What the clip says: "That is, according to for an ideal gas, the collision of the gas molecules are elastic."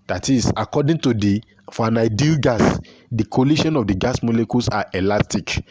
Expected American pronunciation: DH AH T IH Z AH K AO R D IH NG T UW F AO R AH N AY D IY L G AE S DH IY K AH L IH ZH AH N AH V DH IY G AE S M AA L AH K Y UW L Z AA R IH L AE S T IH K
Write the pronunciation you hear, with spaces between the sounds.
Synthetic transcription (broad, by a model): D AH T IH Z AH K AO D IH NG T UW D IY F AH N AY D IY L G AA S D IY K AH L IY SH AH N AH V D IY G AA S M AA L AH K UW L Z AA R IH L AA S T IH K